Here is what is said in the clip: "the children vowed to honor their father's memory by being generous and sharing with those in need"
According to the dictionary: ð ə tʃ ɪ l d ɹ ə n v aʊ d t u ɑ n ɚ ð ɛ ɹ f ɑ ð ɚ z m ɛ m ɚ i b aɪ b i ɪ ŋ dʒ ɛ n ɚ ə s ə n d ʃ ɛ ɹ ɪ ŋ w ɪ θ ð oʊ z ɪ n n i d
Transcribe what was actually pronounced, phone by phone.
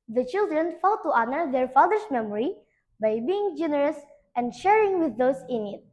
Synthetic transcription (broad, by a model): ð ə tʃ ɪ l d ɹ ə n f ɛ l t u ɑ n ɚ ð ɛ ɹ f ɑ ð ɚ s m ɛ m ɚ i b aɪ b i ɪ ŋ dʒ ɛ n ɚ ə s ə n d ʃ ɛ ɹ ɪ ŋ w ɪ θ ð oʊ s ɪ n n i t